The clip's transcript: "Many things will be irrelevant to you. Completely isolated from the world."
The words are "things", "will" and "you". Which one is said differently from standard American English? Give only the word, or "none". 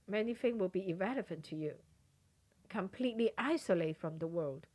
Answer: things